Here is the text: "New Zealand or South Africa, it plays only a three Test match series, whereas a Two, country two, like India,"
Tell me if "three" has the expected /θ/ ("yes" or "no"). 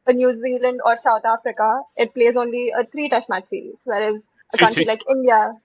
no